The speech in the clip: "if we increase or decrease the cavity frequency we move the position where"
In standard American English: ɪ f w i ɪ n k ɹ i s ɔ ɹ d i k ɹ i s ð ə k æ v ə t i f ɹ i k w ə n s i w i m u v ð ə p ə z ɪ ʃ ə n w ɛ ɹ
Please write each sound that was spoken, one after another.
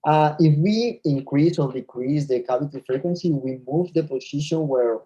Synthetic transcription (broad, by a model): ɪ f w i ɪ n k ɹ i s ɔ ɹ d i k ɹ i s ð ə k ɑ p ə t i f ɹ i k w ə n s i w i m u v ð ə p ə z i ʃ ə n w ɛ ɹ